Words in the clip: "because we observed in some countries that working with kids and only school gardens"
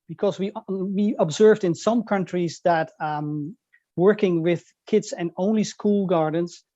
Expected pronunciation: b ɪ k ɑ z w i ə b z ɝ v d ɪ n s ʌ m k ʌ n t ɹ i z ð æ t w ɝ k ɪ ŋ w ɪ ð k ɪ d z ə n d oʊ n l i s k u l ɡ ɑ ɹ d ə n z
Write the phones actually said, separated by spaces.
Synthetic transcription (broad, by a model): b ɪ k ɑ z w i ə b z ɝ v d ɪ n s ʌ m k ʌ n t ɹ i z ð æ t w ɝ k ɪ ŋ w ɪ ð k ɪ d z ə n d oʊ n l i s k u l ɡ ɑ ɹ d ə n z